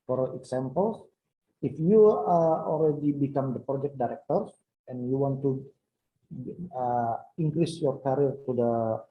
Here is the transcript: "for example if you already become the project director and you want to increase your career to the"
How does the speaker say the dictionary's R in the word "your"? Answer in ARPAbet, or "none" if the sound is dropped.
R